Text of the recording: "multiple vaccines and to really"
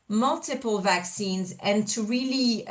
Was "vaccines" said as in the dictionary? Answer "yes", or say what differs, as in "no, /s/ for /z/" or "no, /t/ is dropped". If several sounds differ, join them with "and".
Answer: yes